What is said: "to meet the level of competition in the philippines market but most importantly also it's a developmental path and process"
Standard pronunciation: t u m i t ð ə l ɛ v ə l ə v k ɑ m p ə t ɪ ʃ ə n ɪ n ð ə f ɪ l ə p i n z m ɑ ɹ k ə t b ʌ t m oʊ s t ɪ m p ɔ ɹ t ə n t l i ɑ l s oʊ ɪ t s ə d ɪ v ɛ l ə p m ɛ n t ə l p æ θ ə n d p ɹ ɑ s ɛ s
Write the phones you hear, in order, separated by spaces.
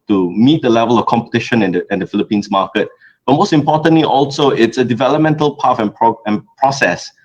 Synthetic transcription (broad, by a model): t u m i t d ə l ɛ v ə l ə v k ɑ m p ə t ɪ ʃ ə n ɪ n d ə f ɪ l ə p i n s m ɑ k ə t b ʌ t m oʊ s t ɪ m p ɔ t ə n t l i ɑ l s oʊ ɪ t s ə d ɪ v ɛ l ə p m ɛ n t ə l p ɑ f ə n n p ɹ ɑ s ɛ s